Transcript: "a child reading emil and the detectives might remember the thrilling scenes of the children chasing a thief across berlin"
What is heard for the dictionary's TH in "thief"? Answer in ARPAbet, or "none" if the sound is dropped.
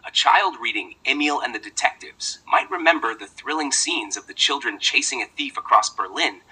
TH